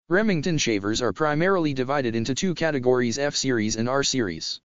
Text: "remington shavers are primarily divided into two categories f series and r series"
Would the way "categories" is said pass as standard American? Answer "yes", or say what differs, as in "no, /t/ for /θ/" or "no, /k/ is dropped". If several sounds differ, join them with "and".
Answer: yes